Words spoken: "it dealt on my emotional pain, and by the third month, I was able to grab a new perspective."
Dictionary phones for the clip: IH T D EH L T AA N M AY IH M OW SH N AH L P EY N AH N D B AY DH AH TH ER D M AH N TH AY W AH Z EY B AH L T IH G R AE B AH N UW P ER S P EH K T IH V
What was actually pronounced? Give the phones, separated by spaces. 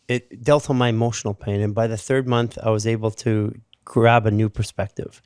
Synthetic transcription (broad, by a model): IH T D EH L T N M AY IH M OW SH N L P EY N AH N B AY DH AH TH ER D M AH N TH AY W AH Z EY B L T IH G R AE B AH N UW P ER S P EH K T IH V